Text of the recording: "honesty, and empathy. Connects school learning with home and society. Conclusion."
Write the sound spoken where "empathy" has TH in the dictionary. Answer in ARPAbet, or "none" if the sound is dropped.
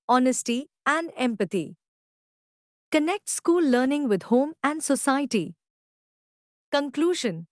T